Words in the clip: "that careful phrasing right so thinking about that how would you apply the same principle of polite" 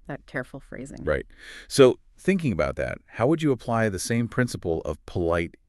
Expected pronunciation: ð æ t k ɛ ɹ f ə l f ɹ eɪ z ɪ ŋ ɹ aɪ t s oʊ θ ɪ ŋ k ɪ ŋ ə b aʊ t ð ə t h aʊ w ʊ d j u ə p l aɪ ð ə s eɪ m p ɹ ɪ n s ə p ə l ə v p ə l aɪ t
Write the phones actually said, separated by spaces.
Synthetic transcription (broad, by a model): ð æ t k ɛ ɹ f l f ɹ eɪ z ɪ ŋ ɹ aɪ t s oʊ θ ɪ ŋ k ɪ ŋ ə b aʊ t ð ə t h aʊ w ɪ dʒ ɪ ə p l aɪ ð ə s eɪ m p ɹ ɪ n s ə p l ə v p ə l aɪ t